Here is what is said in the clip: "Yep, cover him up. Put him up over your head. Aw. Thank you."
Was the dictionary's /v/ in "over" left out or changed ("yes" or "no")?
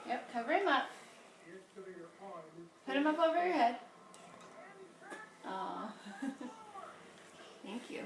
no